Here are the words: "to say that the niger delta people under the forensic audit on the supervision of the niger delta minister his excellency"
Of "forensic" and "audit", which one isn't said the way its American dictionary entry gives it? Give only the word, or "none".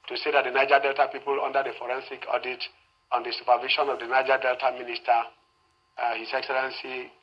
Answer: none